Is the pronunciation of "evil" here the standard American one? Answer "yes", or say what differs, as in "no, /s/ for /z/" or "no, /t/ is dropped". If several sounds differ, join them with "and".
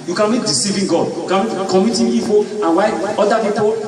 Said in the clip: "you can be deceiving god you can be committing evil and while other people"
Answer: no, /p/ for /v/